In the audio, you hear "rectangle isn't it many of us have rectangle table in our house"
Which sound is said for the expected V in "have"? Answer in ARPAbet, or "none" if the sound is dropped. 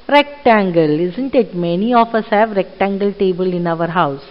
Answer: V